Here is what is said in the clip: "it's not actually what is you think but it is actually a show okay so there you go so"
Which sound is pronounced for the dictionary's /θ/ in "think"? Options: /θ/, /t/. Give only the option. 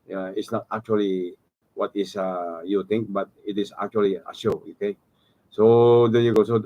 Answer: /t/